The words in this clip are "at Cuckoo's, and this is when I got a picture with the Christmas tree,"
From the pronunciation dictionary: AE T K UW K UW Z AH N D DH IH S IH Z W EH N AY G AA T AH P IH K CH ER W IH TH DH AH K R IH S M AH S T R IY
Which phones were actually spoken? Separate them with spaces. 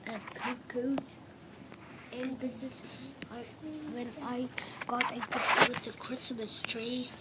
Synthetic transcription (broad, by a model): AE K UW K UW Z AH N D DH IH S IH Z W EH N AY G AA T AH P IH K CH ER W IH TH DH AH K R IH S M AH S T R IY